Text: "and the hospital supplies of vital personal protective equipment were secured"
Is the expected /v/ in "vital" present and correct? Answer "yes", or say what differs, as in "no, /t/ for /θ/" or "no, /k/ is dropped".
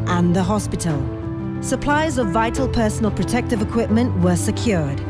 yes